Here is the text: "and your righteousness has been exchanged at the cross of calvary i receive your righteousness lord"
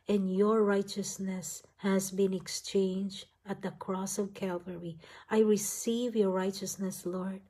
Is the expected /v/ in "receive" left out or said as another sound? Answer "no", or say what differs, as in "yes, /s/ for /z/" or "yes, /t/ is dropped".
no